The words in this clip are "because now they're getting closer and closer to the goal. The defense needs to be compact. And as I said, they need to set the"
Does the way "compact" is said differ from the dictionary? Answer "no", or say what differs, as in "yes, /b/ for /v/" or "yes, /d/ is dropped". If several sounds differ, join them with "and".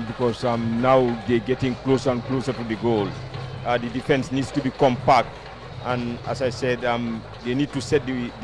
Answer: no